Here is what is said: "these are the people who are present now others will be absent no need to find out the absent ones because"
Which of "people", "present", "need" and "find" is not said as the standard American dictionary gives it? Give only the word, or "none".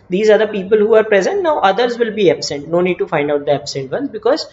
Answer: none